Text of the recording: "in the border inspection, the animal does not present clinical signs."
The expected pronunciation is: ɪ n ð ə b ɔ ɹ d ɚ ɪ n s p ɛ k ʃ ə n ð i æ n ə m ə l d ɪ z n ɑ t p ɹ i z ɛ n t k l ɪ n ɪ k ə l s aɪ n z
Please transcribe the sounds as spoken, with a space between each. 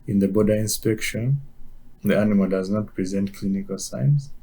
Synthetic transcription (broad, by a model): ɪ n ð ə b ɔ d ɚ ɪ n s p ɛ k ʃ ə n ð i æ n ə m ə l d ɪ z n ɑ t p ɹ i z ɛ n t k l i n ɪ k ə l s aɪ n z